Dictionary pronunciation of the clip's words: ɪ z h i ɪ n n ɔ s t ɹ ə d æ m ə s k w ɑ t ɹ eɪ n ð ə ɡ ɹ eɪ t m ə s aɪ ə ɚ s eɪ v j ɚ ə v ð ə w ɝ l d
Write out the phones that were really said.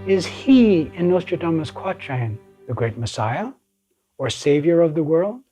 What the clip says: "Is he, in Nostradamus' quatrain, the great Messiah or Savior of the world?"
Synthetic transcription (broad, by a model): ɪ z h i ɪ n n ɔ s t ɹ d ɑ m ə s k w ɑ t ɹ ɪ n ð ə ɡ ɹ eɪ t m ə s aɪ ə ɚ s eɪ v j ɚ ə v ð ə w ɝ l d